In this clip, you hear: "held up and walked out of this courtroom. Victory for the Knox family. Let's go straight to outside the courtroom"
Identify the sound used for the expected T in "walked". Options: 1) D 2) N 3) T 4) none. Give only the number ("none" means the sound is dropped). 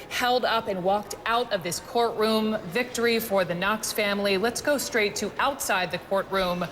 3